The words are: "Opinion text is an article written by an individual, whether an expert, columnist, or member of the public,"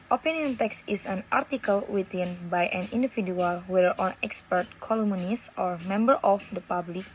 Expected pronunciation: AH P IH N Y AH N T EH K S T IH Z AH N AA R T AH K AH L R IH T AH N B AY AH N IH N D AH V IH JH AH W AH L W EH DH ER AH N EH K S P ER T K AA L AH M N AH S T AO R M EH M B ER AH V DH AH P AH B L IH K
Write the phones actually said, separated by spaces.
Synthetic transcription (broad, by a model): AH P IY N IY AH N T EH K S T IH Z AH N AA R T AH K AH L W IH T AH N B AY AH N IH N D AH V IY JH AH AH L W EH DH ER AH N EH K S P ER T K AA L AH M N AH S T AO R M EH M B ER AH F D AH P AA B L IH K